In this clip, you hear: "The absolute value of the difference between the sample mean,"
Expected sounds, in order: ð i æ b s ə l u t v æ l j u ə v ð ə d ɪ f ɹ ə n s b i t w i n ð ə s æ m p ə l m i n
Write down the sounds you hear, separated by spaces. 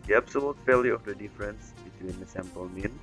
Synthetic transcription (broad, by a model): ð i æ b s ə l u t f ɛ l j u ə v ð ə d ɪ f ɹ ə n s b i t w i n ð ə s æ m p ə l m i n